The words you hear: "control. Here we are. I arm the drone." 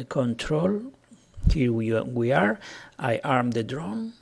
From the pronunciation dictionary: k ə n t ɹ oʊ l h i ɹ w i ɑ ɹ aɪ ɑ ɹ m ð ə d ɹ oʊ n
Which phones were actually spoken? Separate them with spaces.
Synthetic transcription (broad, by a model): k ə n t ɹ oʊ l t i w w i ɑ ɹ aɪ ɑ ɹ m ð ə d ɹ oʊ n